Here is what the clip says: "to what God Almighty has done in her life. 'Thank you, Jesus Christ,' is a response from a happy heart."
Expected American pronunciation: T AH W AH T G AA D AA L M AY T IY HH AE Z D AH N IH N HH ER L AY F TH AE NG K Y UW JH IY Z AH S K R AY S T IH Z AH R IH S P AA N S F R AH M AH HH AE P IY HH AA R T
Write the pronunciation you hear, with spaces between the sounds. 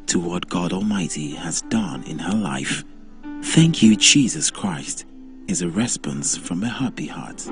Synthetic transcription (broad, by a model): T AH W AH T G AA D AA L M AY T IY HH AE Z D AH N IH N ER L AY F TH AE NG K Y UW JH IY Z AH S K R AY S T IH Z AH R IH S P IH N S F R AH M AH HH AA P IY HH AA R T